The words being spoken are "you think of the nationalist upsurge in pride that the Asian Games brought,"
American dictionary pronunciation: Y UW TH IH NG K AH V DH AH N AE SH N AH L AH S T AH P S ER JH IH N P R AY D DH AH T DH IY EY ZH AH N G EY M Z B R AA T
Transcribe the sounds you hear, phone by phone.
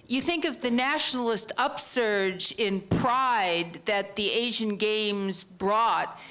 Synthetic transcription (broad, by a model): Y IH TH IH NG K AH V DH AH N AE SH N L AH S T AH P S ER JH IH N P R AY D DH AH T DH IY EY ZH AH N G EY M Z B R AA T